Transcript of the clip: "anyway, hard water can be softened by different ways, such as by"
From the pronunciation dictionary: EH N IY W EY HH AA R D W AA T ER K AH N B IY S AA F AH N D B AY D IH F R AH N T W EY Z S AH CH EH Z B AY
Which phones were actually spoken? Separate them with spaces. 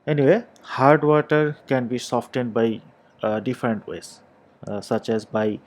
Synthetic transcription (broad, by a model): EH N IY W EY HH AA R D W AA T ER K AH N B IY S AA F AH N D B AY D IH F R AH N T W EY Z S AH CH EH Z B AY